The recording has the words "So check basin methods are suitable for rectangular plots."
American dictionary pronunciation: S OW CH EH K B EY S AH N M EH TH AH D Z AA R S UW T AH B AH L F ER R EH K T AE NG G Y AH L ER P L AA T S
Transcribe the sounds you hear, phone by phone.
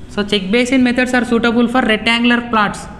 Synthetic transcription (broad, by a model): S OW CH EH K B EY S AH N M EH T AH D S AA R S UW T AH B AH L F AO R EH T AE NG G L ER P L AA T S